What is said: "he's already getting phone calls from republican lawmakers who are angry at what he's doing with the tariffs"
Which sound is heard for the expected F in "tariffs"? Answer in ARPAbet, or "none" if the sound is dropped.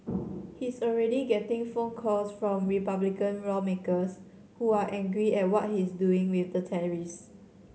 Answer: none